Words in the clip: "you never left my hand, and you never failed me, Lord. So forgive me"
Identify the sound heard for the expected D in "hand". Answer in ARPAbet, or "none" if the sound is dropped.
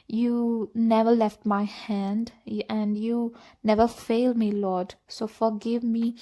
D